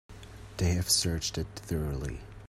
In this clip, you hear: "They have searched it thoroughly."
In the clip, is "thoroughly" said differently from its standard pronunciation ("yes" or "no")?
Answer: no